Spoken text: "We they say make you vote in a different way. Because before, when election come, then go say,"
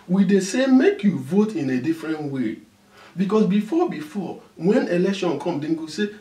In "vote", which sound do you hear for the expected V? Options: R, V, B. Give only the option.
V